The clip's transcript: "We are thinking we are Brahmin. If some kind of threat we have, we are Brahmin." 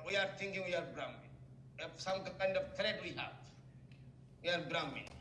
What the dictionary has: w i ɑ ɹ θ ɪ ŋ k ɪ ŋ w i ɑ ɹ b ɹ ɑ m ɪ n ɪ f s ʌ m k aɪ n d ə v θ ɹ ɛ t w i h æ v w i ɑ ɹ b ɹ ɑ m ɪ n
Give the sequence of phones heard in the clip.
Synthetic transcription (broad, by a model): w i ɑ ɹ t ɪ ŋ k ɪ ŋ w i ɑ ɹ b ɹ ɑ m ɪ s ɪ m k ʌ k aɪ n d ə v t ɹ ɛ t w i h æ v w i ɑ ɹ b ɹ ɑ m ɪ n